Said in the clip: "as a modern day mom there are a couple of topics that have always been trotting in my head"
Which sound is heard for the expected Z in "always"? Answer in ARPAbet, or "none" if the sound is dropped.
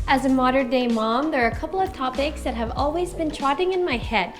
Z